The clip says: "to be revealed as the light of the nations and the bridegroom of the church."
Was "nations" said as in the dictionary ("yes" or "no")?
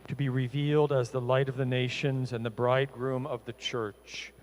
yes